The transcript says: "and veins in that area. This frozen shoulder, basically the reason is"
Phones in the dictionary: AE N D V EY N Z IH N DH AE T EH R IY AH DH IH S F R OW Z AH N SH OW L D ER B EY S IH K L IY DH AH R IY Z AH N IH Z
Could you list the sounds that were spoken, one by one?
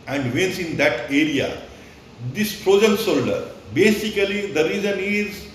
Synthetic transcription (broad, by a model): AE N D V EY N S IH N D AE T EH R IY AH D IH S P R OW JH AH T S OW L D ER B EY S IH K L IY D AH R IY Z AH N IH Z